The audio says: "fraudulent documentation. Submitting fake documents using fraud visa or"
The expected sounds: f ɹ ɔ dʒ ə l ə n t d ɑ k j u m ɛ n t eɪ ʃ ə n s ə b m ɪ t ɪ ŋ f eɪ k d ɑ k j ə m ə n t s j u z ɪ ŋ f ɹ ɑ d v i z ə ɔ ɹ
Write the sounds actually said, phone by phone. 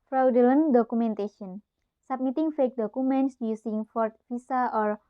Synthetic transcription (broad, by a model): f ɹ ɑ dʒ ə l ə n d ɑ k u m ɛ n t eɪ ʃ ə n s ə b m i t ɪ ŋ f eɪ k d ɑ k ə m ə n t s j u s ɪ ŋ f ɹ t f i s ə ɔ ɹ